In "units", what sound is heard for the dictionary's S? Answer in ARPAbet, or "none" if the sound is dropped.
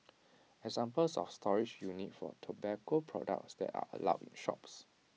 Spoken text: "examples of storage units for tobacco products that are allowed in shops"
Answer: none